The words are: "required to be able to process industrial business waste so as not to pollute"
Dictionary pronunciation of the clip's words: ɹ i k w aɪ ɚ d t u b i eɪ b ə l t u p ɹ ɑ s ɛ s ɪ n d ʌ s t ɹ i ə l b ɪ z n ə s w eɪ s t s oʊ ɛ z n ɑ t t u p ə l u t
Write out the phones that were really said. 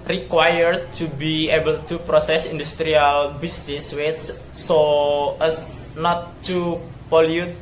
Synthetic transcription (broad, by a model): ɹ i k w aɪ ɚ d t u b i eɪ b ə l t u p ɹ ɑ s ɛ s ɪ n d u s t ɹ i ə l b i s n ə s w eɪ t s oʊ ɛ s n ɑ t t u p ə l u t